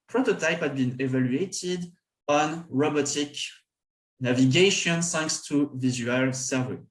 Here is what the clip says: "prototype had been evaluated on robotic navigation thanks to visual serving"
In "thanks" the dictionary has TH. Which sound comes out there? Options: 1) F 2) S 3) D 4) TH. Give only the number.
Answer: 2